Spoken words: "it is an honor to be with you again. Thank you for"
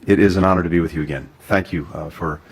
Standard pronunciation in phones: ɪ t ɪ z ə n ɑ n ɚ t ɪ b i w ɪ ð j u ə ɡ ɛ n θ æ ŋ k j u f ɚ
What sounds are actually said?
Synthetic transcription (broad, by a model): ɪ t ɪ z ə n ɑ n ɚ t ɪ b i w ɪ ð j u ə ɡ ɛ n θ æ ŋ k j u f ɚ